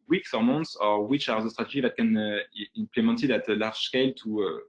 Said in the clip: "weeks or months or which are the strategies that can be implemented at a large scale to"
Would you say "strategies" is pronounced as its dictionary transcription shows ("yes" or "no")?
no